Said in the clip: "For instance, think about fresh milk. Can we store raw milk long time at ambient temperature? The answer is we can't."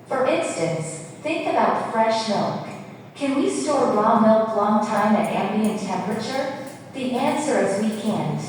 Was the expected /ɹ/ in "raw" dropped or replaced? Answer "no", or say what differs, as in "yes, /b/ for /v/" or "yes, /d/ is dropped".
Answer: yes, /l/ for /ɹ/